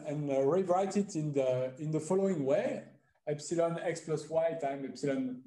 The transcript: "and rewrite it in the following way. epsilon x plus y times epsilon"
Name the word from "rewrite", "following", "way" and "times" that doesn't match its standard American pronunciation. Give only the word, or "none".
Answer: times